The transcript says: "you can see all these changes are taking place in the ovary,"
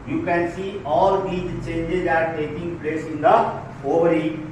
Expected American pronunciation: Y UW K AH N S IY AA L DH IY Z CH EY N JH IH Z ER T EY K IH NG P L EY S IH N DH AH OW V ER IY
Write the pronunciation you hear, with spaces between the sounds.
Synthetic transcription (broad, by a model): Y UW K AH N S IY AA L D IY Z CH EY N JH IH Z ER T EY K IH NG P L EY S IH N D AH OW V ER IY